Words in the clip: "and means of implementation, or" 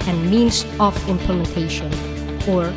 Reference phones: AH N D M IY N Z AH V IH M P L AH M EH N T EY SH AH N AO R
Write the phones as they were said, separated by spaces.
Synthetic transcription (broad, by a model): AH N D M IY N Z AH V IH M P L AH M EH N T EY SH AH N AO R